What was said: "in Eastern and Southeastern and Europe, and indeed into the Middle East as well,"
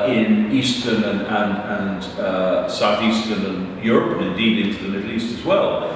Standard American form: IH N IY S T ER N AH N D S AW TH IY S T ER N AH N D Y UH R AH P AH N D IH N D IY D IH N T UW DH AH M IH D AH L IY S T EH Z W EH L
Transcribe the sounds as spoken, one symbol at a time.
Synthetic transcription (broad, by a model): IH N IY S T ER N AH N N S AW TH IY S T ER N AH N Y UH R AH P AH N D IH N D IY D IH N T UW DH AH M IH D L IY S T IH Z W EH L